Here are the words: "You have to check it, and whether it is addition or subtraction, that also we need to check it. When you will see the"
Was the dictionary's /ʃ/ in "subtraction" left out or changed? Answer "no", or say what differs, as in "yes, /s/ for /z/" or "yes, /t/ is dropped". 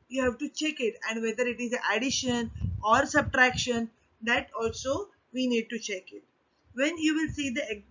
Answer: no